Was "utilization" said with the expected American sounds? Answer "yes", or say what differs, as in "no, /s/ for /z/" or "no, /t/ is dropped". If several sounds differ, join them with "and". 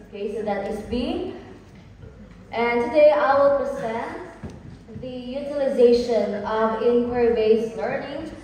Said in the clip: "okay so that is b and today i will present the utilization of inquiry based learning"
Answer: yes